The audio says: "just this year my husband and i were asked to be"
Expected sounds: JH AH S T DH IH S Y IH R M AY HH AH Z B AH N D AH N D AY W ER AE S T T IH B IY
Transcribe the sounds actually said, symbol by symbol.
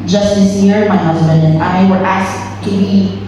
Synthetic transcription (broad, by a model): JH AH S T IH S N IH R M AY HH AH Z B AH N D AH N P AY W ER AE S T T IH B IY